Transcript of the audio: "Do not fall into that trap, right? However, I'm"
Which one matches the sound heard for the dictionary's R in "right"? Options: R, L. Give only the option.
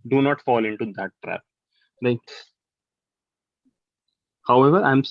L